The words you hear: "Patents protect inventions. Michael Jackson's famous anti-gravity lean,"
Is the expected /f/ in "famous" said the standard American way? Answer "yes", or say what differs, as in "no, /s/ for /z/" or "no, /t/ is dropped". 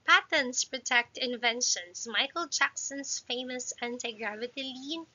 yes